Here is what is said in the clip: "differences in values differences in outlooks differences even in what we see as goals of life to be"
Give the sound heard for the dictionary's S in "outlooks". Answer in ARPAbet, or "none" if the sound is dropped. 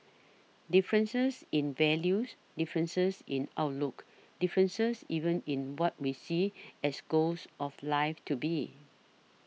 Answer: none